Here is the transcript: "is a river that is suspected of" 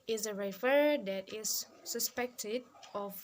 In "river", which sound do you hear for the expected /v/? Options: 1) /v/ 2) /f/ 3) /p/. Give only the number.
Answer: 2